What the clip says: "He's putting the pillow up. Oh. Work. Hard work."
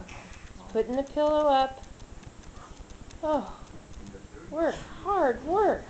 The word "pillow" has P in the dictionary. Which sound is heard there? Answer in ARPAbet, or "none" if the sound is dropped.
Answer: P